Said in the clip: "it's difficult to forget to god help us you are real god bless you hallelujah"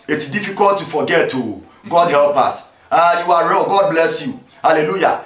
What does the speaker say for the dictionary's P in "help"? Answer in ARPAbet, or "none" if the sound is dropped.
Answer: P